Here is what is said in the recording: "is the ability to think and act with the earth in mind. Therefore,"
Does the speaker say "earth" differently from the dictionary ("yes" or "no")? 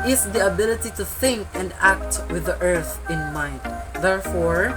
no